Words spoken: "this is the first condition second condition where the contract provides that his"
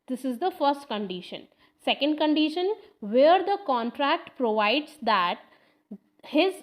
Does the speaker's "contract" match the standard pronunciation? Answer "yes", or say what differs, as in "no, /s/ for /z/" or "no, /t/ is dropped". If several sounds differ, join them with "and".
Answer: yes